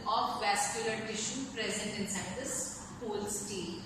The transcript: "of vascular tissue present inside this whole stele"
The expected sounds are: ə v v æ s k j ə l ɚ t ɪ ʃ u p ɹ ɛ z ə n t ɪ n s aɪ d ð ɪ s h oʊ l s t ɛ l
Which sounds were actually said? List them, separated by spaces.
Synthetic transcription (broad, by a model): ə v v æ s k j ə l ɚ t ɪ ʃ u p ɹ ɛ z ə n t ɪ n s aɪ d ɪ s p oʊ l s t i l